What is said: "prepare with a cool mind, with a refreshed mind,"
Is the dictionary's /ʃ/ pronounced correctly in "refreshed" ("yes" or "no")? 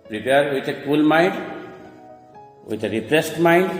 no